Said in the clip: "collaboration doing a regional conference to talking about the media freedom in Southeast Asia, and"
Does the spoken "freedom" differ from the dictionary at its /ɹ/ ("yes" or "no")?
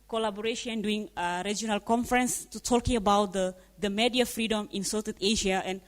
no